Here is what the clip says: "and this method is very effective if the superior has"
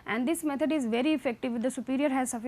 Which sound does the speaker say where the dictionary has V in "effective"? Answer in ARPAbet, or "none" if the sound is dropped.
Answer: V